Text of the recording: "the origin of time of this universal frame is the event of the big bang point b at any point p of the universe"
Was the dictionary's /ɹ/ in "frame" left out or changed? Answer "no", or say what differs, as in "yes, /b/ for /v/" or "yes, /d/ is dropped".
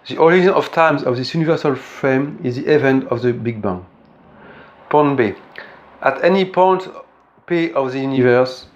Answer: no